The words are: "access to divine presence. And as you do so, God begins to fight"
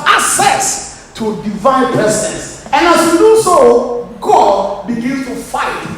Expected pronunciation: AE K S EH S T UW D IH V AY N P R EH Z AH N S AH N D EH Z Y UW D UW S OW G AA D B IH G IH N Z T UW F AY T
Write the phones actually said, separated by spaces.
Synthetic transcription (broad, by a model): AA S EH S T UW D IH V AY N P EH S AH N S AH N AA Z Y UW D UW S OW G AA D B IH G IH N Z T UW F AY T